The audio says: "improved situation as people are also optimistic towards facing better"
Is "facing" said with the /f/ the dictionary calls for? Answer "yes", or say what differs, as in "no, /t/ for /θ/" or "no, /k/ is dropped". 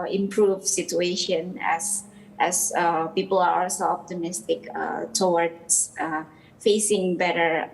yes